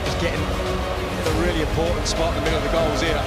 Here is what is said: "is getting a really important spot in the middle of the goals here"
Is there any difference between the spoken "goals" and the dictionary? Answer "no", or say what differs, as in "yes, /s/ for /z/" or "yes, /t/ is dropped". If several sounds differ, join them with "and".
no